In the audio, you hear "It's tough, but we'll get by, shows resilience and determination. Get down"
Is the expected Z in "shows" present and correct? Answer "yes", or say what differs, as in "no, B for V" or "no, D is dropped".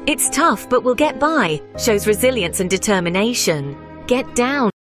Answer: yes